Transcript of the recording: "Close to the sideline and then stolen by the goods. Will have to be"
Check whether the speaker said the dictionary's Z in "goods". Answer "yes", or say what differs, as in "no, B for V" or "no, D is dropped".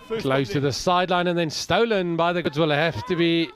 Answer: yes